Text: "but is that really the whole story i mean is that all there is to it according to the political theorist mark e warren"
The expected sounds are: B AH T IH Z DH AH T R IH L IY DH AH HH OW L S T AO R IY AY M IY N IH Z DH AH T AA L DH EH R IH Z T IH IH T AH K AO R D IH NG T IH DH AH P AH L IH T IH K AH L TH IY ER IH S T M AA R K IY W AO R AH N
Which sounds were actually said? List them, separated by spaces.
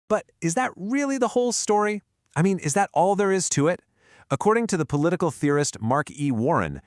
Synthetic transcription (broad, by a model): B AH T IH Z DH AH T R IH L IY DH AH HH OW L S T AO R IY AY M IY N IH Z DH AH T AA L DH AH R IH Z T IH IH T AH K AO R D IH NG T IH DH AH P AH L IH T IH K L TH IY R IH S T M AA R K IY W AO R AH N